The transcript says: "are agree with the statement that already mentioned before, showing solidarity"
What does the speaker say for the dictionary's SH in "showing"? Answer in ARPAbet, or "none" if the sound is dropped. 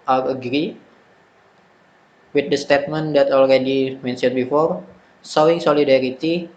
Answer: S